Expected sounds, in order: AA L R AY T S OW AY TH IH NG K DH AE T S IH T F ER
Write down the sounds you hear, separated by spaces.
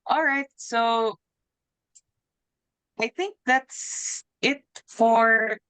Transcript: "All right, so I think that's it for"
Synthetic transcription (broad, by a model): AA L R AY T S OW AY TH IH NG K DH AE T S IH T F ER